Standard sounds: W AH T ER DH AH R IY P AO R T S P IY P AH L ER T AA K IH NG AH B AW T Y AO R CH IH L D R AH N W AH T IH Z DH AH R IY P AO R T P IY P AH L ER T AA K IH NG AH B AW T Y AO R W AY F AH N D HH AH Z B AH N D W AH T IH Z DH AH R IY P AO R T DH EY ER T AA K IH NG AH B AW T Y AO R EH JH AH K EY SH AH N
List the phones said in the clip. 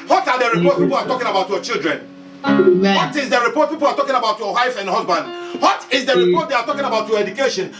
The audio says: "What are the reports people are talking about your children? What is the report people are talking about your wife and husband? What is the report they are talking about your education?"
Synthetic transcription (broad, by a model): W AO T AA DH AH R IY P AO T P IY P AH L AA T AA K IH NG AH B AW T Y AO CH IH L D R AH N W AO T IH Z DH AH R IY P AO T P IY P AH L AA T AA K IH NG AH B AW T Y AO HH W AY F AH N D HH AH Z B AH N D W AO T IH Z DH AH R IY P AO T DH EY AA T AA K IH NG AH B AW T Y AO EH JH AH K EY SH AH N